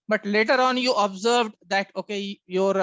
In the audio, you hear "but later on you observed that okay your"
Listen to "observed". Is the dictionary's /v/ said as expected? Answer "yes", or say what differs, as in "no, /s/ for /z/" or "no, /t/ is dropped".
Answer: yes